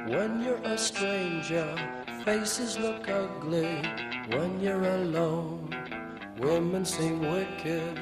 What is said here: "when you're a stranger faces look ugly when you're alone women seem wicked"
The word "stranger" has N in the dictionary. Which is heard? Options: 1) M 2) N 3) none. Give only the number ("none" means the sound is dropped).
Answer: 2